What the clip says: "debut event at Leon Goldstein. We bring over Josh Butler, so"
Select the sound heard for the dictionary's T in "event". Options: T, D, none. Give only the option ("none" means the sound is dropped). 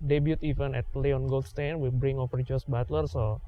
none